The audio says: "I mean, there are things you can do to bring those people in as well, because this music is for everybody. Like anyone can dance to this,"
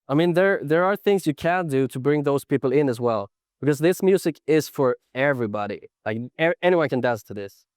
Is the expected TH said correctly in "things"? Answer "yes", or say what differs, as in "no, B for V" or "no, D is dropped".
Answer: yes